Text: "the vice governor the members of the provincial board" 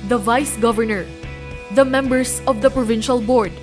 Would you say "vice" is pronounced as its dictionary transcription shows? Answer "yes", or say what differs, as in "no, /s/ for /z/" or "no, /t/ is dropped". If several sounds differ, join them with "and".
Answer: yes